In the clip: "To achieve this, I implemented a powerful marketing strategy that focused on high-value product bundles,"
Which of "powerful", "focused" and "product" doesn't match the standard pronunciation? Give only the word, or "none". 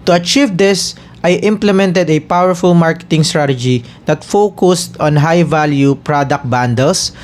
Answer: none